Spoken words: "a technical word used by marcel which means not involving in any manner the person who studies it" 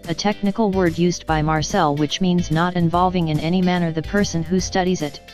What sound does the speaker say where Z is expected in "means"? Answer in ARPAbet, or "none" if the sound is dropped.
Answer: Z